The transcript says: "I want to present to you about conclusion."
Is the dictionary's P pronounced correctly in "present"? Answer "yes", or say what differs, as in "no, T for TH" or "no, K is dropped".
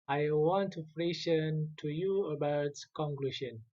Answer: no, F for P